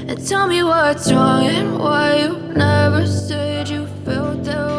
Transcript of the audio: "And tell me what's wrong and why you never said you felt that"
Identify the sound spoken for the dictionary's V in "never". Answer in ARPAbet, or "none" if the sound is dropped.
V